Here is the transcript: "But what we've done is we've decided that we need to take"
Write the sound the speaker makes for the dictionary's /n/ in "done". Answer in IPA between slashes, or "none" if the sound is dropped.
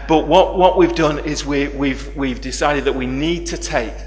/n/